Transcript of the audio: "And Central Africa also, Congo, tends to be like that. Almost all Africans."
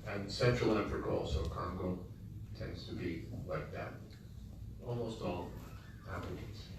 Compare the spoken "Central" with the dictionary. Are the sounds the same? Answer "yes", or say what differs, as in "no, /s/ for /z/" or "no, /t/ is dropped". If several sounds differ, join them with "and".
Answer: no, /n/ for /l/